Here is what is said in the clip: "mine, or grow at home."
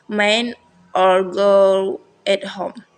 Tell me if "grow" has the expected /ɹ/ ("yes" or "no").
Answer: no